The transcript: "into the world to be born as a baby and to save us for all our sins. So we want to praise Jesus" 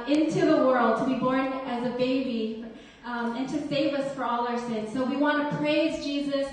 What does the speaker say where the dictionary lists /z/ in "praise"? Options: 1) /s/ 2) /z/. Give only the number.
2